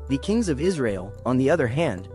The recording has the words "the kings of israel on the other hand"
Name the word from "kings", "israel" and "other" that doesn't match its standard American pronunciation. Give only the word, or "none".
none